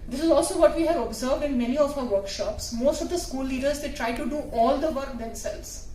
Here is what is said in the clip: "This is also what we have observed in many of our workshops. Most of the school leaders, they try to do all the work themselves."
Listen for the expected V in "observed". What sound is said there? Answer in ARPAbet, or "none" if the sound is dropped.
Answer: V